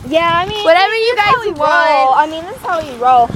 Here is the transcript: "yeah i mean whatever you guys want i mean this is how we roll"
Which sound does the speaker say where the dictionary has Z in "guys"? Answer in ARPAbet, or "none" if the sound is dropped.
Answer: none